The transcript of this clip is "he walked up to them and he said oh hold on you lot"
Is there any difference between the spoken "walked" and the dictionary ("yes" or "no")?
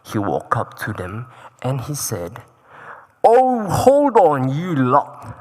yes